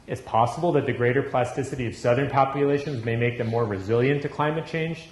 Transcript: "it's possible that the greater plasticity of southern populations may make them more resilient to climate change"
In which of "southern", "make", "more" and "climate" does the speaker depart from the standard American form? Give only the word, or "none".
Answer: none